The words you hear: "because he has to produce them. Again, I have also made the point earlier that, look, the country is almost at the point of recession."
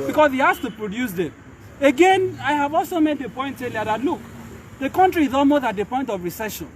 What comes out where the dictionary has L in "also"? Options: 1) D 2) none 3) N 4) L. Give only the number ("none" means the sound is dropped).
4